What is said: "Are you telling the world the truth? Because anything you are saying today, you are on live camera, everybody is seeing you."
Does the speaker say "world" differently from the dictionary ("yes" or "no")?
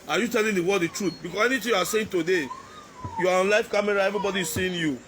yes